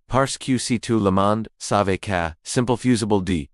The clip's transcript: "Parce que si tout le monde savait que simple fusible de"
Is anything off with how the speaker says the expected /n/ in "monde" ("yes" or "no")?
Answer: no